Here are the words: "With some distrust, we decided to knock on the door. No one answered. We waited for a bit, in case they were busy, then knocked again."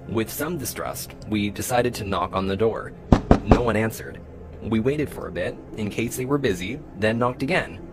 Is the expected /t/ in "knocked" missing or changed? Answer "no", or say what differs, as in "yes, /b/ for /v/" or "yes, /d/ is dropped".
no